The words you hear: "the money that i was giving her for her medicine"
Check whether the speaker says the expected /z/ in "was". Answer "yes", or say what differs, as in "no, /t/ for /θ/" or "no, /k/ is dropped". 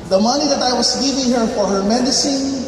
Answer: no, /s/ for /z/